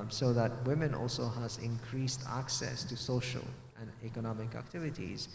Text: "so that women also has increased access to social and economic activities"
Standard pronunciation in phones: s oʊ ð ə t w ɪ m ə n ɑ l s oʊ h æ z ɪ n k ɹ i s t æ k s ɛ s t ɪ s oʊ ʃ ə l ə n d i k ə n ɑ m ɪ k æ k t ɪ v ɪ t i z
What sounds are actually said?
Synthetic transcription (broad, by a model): s oʊ ð ə t w ɪ m ə n ɑ l s oʊ h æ z ɪ n k ɹ i s t æ k s ɛ s t ɪ s oʊ ʃ ə l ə n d i k ə n ɑ m ɪ k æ k t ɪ v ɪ t i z